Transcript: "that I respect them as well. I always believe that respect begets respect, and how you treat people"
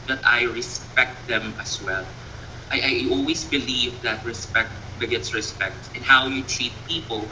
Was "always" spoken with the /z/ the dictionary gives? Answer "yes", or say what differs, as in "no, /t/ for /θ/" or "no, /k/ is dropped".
no, /s/ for /z/